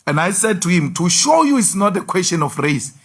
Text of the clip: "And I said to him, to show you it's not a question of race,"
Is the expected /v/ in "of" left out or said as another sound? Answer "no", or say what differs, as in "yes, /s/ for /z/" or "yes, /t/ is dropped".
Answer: yes, /f/ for /v/